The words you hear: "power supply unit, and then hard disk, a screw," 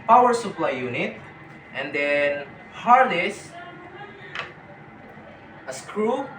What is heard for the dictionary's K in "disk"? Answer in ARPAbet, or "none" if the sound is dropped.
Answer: none